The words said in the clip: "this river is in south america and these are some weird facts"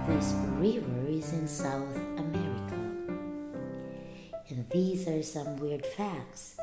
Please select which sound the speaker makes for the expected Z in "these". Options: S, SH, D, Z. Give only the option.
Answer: Z